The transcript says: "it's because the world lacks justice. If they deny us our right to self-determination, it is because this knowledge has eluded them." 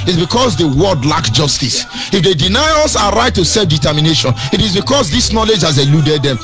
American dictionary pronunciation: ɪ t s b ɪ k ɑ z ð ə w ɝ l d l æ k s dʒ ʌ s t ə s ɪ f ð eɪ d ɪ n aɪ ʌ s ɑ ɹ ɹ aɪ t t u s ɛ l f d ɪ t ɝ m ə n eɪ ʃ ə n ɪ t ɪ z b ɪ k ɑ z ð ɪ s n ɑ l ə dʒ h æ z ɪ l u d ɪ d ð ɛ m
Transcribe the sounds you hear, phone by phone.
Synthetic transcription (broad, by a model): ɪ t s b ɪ k ɑ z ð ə w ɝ d l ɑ k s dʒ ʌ s t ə s ɪ f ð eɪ d ɪ n aɪ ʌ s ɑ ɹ ɹ aɪ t t u s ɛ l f d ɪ t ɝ m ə n eɪ ʃ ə n ɪ t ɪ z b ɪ k ɑ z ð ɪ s n ɑ l ə dʒ h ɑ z ɪ l u d ɪ d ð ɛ m